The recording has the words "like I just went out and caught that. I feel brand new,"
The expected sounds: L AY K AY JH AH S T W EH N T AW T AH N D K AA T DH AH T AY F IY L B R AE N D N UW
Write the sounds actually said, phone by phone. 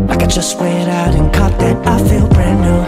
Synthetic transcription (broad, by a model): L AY K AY JH AH S T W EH T AW T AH N K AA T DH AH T AY F IY L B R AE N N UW